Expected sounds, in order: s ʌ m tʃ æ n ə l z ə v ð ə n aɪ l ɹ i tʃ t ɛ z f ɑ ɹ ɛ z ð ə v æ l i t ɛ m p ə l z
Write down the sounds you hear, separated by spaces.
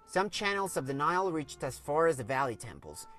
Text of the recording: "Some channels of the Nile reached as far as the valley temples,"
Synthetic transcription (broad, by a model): s ʌ m tʃ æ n l z ə v ð ə n aɪ l ɹ i tʃ t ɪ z f ɑ ɹ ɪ z ð ə v æ l i t ɛ m p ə l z